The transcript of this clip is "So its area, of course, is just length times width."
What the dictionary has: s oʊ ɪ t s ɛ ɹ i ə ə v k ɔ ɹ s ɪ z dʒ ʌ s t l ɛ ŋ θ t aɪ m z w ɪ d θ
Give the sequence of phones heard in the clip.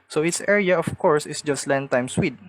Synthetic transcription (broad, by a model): s oʊ ɪ t s ɛ ɹ i ə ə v k ɔ ɹ s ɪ s dʒ ʌ s t l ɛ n t aɪ m s w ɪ d